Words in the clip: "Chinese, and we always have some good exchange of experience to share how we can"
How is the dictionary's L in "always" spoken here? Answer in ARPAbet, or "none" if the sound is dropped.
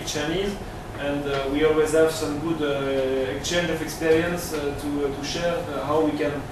L